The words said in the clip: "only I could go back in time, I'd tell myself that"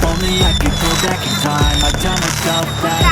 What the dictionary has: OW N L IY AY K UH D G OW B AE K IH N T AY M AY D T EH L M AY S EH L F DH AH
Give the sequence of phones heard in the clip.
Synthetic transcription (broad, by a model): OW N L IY AY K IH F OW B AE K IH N T AY M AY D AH N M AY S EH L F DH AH